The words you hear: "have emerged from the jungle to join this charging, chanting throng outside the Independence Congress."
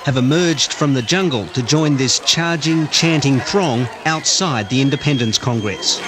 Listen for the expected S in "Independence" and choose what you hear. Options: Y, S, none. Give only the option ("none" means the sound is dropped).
S